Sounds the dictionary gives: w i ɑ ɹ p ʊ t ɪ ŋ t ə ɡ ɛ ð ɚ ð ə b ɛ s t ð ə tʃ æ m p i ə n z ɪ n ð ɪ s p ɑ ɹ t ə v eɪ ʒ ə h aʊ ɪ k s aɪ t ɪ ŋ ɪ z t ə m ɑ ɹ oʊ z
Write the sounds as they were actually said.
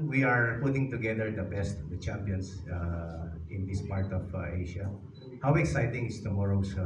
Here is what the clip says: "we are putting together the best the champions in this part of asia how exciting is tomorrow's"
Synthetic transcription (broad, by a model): w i ɑ ɹ p ʊ t ɪ ŋ t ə ɡ ɛ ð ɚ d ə b ɛ s t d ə tʃ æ m p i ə n s ɪ n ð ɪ s p ɑ ɹ t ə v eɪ ʃ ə h aʊ ɪ k s aɪ t ɪ ŋ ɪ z t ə m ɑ ɹ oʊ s